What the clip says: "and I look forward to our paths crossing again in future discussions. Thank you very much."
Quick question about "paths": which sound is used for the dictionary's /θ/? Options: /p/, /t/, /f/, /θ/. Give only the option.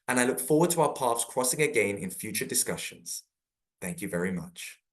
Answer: /f/